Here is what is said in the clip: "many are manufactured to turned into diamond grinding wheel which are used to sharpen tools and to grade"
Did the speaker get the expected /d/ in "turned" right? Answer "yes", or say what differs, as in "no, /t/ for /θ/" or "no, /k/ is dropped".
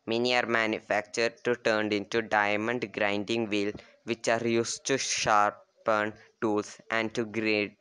yes